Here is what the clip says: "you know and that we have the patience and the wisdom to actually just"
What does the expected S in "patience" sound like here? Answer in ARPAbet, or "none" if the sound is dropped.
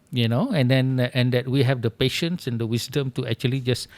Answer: S